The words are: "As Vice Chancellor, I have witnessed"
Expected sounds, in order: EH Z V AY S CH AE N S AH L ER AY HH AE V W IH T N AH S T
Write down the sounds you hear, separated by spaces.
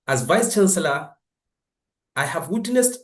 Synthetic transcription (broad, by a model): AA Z V AY S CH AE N S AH L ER AY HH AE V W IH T N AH S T